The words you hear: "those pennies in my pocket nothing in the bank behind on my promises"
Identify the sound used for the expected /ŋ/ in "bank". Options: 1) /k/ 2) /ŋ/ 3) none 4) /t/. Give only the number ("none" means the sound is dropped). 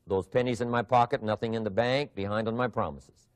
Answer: 2